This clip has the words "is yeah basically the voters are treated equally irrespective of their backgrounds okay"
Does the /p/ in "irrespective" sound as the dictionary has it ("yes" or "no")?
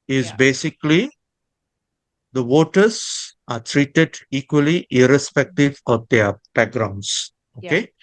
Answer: yes